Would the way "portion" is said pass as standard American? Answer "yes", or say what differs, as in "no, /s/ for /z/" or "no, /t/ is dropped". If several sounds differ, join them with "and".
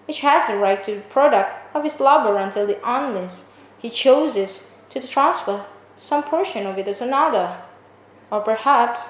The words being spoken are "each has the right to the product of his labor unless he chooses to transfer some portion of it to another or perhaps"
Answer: yes